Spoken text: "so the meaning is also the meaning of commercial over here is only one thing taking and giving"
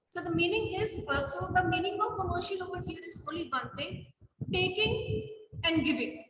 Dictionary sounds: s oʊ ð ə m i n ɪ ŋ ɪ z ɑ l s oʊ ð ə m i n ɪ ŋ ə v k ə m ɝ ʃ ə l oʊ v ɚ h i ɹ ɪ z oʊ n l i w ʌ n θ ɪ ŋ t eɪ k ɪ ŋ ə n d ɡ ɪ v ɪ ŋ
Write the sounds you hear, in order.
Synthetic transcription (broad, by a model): s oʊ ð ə m i n ɪ ŋ ɪ z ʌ s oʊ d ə m i n ɪ ŋ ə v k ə m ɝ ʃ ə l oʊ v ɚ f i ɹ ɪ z oʊ n l i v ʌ n t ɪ ŋ t eɪ k ɪ ŋ ə n d ɡ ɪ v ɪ ŋ